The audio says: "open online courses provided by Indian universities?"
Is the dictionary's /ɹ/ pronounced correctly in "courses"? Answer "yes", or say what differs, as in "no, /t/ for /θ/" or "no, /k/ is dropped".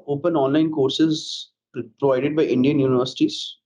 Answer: yes